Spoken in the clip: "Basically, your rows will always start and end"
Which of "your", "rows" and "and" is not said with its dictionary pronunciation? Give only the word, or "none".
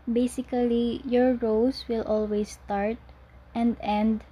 rows